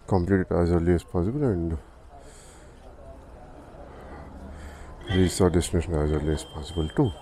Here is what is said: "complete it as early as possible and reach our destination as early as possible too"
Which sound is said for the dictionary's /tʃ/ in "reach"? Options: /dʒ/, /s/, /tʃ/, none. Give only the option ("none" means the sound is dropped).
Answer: /s/